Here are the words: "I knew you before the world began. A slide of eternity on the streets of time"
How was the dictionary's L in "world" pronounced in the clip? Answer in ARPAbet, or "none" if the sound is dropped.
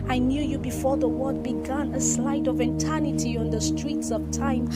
none